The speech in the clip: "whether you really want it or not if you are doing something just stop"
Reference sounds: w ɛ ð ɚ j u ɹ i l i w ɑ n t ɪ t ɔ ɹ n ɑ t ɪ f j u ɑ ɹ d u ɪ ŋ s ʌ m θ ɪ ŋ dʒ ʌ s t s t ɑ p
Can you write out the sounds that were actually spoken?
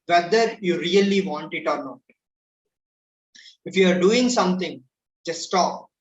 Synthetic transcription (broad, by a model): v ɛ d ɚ j u ɹ i l i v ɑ n t ɪ t ɔ ɹ n ɑ t ɪ f j u ɑ ɹ d u ɪ ŋ s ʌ m t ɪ ŋ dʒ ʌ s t s t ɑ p